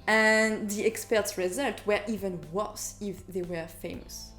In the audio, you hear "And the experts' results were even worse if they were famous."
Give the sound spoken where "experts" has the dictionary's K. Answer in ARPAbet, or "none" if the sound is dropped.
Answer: K